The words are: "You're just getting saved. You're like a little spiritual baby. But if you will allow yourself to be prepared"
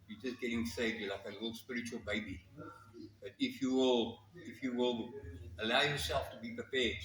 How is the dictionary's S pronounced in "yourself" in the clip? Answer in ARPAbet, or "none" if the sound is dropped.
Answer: S